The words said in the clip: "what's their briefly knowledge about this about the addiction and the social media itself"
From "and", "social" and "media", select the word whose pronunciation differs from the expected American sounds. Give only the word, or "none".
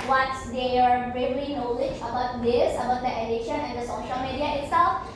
none